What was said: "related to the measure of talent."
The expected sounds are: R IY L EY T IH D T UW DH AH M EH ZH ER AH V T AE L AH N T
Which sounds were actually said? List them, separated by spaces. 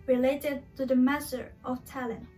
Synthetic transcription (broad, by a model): R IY L EY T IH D T UW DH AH M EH S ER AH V T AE L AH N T